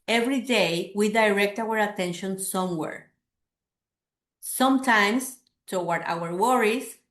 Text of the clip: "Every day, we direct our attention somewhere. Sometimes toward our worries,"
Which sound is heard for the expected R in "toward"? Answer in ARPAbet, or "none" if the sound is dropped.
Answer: W